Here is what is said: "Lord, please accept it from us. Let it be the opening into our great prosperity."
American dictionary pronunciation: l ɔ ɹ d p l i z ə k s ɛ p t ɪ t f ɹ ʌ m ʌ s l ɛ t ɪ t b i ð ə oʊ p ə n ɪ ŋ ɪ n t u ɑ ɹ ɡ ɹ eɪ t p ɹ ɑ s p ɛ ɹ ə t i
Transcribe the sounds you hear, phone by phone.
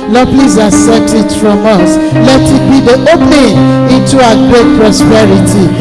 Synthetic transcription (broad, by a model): l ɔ p l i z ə s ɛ t ɪ t f ɹ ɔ m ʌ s l ɛ t ɪ t b i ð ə oʊ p n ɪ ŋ ɪ n t u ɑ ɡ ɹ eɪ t p ɹ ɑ s p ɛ ɹ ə t i